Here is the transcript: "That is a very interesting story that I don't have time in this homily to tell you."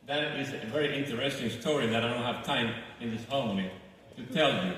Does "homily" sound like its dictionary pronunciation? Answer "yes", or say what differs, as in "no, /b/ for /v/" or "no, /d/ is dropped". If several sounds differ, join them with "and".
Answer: no, /n/ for /l/